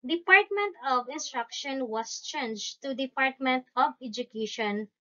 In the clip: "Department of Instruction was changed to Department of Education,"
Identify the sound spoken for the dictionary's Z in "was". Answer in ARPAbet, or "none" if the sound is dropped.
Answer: S